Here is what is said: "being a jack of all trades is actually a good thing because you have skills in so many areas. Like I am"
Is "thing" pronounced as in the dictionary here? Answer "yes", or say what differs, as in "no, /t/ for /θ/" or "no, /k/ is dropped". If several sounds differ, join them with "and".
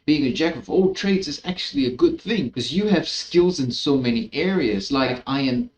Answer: yes